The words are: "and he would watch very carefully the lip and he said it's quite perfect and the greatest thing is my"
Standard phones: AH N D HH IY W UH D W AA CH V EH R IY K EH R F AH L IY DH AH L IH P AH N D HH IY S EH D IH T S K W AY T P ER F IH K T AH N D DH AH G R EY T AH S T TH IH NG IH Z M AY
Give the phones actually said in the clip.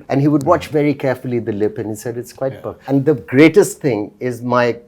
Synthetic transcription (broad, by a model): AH N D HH IY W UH D W AA CH V EH R IY K EH R F AH L IY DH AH L IH P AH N HH IY S EH D IH T S K W AY T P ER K AH N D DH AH G R EY T AH S T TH IH NG IH Z M AY